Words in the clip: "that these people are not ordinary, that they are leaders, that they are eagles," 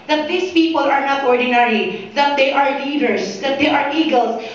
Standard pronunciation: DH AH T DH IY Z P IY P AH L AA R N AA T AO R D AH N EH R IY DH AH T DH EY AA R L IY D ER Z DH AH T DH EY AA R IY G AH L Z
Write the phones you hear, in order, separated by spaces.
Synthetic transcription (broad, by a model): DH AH T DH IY S P IY P AH L AA R N AA T AO R D AH N EH R IY DH AH T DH EY AA R L IY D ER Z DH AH T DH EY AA R IY G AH L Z